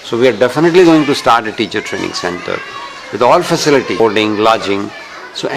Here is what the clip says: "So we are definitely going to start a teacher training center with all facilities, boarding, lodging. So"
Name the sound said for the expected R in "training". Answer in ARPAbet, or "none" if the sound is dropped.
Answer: R